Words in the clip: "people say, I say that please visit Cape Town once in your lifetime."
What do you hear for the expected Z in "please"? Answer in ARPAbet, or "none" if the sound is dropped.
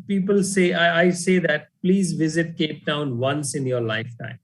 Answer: Z